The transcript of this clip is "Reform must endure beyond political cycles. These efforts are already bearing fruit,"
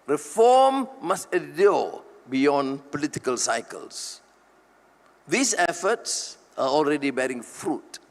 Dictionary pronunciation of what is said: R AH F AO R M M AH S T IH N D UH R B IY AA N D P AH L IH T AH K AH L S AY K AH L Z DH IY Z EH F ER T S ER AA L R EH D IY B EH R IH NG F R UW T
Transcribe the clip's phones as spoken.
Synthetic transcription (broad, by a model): R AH F AO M M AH S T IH D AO B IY AA N P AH L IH T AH K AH L S AY K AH L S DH IY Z EH F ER T S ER AA L R EH D IY B EH R IH NG F R UW T